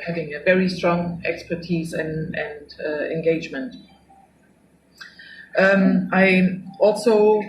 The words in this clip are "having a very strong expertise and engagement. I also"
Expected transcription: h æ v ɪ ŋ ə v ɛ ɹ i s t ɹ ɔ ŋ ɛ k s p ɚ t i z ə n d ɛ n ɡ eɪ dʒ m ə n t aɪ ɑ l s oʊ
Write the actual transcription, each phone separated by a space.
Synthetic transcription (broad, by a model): h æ v ɪ ŋ ə v ɛ ɹ i s t ɹ ɔ ŋ ɛ k s p ɚ t i z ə n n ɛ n ɡ eɪ dʒ m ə n t aɪ ɑ l s oʊ